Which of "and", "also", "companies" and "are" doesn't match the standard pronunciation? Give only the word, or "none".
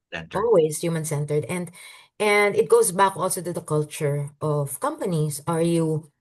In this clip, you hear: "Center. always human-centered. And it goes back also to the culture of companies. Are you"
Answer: companies